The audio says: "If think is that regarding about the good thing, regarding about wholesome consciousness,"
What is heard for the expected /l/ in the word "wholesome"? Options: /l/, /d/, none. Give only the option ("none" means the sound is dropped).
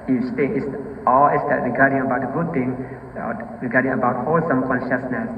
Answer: /l/